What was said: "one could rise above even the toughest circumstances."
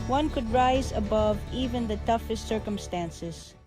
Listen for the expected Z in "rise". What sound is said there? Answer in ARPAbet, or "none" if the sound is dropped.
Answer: Z